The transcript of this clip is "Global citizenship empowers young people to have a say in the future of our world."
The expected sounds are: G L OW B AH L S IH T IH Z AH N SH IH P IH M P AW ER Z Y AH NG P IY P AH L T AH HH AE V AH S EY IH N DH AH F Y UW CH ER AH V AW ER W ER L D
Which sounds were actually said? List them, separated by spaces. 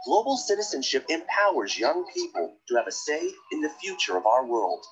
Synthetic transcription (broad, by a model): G L OW B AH L S IH T IH Z AH N SH IH P IH M P AW ER Z Y AH NG P IY P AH L T AH V AH S EY IH N DH AH F Y UW CH ER AH V AW ER W ER L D